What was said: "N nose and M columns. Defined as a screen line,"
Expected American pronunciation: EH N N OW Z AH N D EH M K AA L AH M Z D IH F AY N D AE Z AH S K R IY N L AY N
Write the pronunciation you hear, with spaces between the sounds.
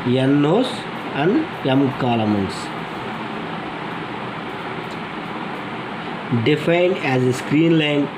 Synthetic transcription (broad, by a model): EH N N OW S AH N D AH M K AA L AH M S D IH F AY N D AE Z AH S K R IY N L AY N